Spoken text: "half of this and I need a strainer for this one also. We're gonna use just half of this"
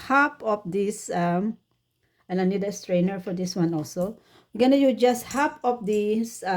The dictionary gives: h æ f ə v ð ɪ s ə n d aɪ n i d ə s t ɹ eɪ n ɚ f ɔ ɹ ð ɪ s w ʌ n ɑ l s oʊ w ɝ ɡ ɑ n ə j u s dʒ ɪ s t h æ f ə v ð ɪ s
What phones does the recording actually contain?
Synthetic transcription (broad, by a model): h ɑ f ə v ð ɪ s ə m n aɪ n i d ə s t ɹ eɪ n ɚ f ɔ ɹ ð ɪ s w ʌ n ɑ l s oʊ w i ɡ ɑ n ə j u dʒ ɪ s t h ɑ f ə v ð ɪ s